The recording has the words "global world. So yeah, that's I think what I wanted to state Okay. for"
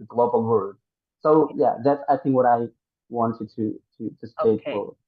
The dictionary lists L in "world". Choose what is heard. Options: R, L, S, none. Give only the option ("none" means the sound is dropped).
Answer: none